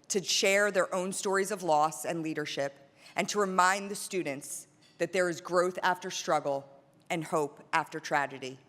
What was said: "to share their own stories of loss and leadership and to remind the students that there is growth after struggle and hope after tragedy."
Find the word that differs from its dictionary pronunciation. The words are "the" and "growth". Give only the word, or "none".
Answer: none